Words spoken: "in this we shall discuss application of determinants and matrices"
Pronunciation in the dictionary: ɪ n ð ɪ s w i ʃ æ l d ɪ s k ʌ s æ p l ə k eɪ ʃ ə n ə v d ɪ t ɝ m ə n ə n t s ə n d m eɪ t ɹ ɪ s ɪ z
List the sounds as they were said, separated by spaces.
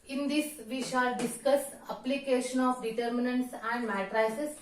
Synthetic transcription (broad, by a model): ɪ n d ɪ s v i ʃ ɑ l d ɪ s k ʌ s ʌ p l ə k eɪ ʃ ə n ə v d ɪ t ɝ m ə n ə n t s ə n d m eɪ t ɹ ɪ s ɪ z